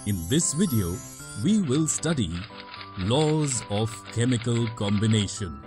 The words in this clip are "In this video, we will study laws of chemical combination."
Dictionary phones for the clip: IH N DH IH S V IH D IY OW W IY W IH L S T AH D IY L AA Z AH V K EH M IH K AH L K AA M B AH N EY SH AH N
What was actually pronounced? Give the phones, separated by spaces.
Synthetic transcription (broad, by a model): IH N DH IH S V IH D IY OW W IY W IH L S T AH D IY L AA Z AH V K EH M IH K AH L K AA M B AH N EY SH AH N